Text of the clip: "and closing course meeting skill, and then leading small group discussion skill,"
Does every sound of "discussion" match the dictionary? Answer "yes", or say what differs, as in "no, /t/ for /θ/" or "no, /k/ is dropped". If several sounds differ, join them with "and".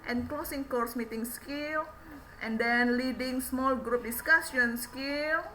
no, /s/ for /ʃ/